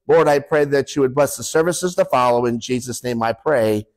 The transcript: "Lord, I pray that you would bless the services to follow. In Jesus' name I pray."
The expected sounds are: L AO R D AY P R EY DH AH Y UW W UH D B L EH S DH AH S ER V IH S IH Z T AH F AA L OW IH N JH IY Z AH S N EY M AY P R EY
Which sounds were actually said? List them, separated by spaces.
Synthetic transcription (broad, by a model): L AO R D AY P R EY DH AH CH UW W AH D B L EH S DH AH S ER V IH S IH Z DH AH F AA L OW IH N JH IY Z AH S N EY M AY P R EY